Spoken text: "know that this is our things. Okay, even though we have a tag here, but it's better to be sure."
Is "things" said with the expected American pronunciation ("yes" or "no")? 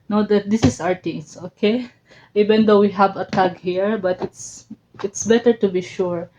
no